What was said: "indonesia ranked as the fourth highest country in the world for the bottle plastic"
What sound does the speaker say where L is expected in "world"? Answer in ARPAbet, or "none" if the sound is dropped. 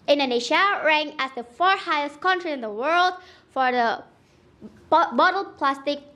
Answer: L